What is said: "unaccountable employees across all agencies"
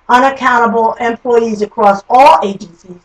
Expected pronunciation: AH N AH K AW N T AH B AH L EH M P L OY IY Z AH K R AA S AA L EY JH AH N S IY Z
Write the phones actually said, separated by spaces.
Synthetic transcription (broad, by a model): AH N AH K AW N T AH B L EH M P L OY IY Z AH K R AA S AA L EY JH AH N S IY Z